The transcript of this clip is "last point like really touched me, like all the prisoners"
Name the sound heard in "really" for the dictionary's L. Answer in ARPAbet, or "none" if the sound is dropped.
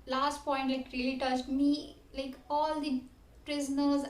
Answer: none